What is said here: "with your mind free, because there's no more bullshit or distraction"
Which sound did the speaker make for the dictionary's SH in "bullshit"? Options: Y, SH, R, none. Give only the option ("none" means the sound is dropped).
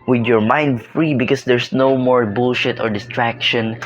SH